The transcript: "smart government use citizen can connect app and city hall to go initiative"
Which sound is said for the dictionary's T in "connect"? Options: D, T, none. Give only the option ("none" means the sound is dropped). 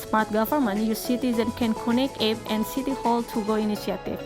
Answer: none